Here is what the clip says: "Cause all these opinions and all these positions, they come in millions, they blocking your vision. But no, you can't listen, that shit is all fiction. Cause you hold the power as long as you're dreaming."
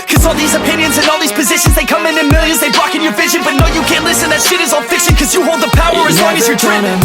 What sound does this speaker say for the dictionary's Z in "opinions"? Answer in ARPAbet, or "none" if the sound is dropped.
Z